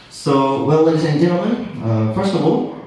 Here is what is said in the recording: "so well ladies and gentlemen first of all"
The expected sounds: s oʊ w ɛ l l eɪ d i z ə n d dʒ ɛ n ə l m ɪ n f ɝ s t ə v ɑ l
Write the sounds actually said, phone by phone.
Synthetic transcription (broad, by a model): s oʊ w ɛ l l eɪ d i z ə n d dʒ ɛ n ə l ɪ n f ɝ s t ə v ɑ l